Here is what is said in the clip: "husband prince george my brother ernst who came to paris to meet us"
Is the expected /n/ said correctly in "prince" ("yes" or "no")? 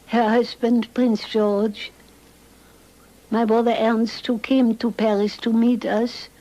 yes